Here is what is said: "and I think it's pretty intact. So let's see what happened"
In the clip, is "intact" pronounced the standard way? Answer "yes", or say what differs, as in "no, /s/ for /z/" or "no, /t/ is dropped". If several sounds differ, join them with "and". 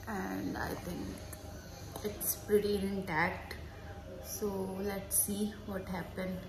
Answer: yes